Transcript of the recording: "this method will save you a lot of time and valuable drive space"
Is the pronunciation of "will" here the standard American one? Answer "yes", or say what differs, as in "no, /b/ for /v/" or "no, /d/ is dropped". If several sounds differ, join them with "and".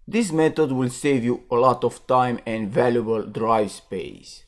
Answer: yes